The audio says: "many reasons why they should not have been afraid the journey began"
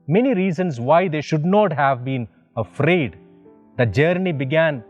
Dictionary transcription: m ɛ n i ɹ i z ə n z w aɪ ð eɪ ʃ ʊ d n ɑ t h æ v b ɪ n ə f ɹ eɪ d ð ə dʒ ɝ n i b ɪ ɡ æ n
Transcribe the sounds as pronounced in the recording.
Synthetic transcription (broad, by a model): m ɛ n i ɹ i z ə n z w aɪ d eɪ ʃ ʊ d n ɑ t h æ v b ɪ n ə f ɹ eɪ d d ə dʒ ɝ n i b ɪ ɡ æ n